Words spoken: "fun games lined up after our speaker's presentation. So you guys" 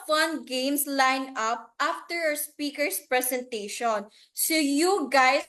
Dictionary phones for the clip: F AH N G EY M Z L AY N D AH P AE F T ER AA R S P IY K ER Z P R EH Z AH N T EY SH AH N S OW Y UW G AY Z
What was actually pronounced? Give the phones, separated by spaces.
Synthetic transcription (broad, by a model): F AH N G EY M S L AY N AH P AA F T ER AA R S P IY K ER S P R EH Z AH N T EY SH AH N S OW Y UW G AY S